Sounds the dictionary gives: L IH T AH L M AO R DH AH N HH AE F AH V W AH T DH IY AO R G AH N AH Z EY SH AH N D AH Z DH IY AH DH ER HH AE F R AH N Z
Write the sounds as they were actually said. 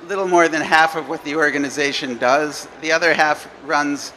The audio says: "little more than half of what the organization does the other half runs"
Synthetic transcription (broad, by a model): L IH T L M AO R DH AH N HH AE F AH V W AH T DH IY AO R G AH N AH Z EY SH AH N D AH Z DH IY AH DH ER HH AE F R AH N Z